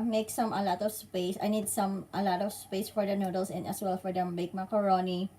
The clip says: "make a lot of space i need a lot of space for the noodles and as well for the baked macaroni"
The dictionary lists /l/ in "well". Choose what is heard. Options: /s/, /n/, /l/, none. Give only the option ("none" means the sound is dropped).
/l/